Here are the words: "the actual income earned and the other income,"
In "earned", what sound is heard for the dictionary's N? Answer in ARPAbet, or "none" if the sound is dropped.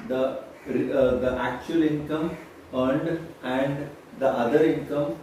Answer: N